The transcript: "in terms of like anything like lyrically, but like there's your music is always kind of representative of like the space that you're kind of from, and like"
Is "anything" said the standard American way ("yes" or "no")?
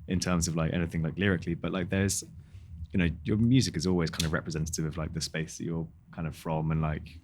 yes